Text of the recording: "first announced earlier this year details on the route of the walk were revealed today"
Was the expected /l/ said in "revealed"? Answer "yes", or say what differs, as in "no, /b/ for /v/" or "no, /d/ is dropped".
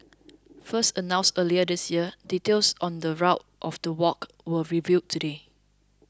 no, /l/ is dropped